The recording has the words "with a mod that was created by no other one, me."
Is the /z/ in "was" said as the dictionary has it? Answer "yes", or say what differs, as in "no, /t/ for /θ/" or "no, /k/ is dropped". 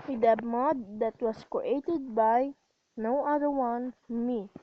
no, /s/ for /z/